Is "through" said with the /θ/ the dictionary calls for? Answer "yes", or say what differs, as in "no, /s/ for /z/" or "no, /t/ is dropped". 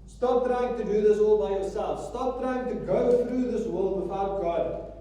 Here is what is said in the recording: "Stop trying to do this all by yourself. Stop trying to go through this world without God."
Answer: yes